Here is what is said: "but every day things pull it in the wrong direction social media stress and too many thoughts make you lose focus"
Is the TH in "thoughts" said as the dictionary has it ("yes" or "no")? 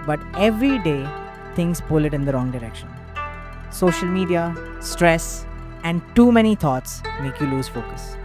no